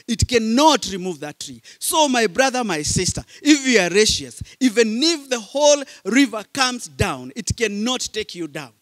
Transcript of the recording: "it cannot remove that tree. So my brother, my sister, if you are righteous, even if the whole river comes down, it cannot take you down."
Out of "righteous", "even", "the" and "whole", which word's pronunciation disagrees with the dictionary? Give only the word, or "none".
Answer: righteous